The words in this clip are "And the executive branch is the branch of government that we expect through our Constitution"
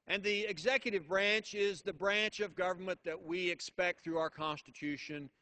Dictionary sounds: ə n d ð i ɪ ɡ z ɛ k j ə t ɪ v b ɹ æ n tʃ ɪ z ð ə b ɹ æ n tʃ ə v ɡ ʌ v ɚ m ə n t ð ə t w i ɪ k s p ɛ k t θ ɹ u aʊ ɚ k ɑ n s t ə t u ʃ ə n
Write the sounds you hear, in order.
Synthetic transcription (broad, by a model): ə n ð i ɪ ɡ z ɛ k j ə t ɪ v b ɹ æ n tʃ ɪ z ð ə b ɹ æ n tʃ ə v ɡ ʌ v ɚ m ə n ð ə t w i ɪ k s p ɛ k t θ ɹ u aʊ ɚ k ɑ n s t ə t u ʃ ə n